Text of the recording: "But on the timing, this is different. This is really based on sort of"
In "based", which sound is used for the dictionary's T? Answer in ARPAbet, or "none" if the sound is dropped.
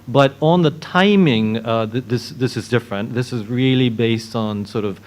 T